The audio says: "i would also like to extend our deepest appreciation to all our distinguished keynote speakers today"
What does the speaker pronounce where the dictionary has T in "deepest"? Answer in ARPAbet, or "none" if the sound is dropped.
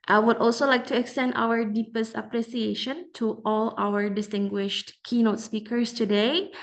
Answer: T